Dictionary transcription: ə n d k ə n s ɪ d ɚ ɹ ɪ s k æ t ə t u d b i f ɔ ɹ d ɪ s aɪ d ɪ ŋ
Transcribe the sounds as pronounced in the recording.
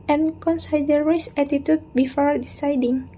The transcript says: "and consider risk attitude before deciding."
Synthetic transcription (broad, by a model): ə n k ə n s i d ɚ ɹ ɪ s æ t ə t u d b i f ɔ ɹ d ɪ s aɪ d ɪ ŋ